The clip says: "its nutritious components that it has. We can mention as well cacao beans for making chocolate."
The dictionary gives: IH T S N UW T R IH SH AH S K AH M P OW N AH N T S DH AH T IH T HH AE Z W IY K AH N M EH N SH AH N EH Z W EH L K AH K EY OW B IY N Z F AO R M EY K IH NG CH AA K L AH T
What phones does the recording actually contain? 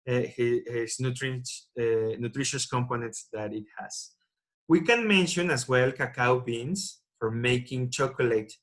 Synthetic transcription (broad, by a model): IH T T N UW T R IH SH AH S K AH M P OW N AH N T S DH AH T IH T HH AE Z W IY K AH N M EH N SH AH N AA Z W EH L K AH K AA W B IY N S F AO R M EY K IH NG CH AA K L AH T